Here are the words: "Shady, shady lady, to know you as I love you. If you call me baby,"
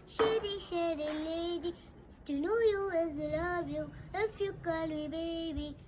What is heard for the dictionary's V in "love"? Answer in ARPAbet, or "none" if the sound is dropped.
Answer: B